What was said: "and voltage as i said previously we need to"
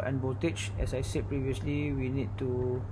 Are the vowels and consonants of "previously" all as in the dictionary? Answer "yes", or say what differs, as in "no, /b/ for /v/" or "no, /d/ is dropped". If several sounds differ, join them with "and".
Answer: yes